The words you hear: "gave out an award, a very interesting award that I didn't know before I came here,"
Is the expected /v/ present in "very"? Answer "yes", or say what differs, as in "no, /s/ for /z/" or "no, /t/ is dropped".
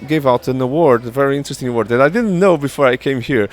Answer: yes